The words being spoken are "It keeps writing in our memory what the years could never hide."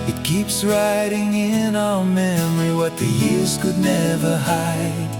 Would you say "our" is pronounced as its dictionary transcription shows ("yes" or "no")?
no